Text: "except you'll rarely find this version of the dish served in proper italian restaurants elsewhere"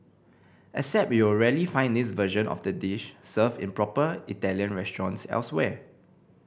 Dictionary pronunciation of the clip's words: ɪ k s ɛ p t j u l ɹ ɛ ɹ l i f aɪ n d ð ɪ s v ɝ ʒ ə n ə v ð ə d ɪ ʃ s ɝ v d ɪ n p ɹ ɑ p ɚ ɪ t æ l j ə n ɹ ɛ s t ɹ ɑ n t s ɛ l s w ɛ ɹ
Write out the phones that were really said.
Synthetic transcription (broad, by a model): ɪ s ɛ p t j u w ɹ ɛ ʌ l i f aɪ n d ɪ s v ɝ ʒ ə n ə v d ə d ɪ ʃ s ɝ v ɪ n p ɹ ɑ p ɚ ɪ t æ l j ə n ɹ ɛ s t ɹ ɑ n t s ɛ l s w ɛ